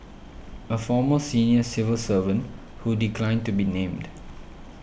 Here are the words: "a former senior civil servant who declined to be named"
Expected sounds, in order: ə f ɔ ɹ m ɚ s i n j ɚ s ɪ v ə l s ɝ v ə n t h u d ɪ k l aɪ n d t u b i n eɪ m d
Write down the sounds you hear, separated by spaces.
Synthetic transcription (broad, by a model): ə f ɔ m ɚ s i n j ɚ s ɪ v ə l s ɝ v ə n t h u d ɪ k l aɪ n d t u b i n eɪ m d